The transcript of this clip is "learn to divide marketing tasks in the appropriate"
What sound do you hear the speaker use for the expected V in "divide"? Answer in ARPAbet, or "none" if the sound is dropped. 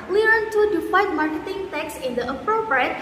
F